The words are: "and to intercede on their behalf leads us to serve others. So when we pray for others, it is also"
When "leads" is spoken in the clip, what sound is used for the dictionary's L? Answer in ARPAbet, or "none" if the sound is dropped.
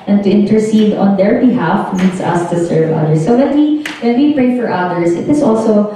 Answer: N